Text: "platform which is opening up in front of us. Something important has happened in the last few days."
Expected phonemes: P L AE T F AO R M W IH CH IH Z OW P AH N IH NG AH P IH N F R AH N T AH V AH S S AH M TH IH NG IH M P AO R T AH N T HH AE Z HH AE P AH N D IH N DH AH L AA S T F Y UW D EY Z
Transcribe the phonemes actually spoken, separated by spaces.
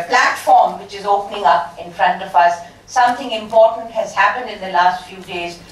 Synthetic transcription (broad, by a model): P L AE T F AO R M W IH CH IH Z OW P AH N IH NG AH P IH N F R AH N T AH V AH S S AH M T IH NG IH M P AO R T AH N T HH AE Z HH AE P AH N D IH N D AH L AA S T F Y UW D EY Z